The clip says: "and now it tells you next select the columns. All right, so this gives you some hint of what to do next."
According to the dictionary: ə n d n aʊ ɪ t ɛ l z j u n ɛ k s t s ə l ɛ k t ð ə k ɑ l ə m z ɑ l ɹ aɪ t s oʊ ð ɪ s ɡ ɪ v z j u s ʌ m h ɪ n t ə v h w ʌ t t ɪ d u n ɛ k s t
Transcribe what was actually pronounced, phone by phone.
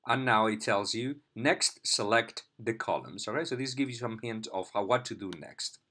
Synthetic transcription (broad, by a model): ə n n aʊ ɪ t ɛ l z j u n ɛ k s t s ə l ɛ k t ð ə k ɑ l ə m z ɑ l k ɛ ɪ s oʊ ð ɪ s ɡ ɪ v j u s ʌ m h ɪ n t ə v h w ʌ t t ɪ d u n ɛ k s t